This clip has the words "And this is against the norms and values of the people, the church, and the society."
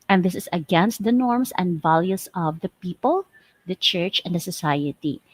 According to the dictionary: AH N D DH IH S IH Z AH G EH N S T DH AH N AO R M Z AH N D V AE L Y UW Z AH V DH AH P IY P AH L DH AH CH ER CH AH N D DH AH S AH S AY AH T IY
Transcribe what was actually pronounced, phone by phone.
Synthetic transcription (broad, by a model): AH N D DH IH S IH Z AH G EH N S T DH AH N AO R M S AH N D V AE L Y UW S AH V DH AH P IY P AH L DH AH CH ER CH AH N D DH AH S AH S AY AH T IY